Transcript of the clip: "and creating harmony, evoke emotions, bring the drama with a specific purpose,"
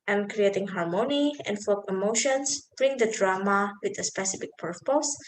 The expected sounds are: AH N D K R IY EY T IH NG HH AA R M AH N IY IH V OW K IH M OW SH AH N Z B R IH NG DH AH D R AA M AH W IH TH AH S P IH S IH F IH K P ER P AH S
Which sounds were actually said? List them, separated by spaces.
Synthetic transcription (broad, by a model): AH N K R IY EY T IH NG HH AA R M AH N IY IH F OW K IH M OW SH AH N S B R IH NG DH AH D R AA M AH W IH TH AH S P IH S IH F IH K P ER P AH S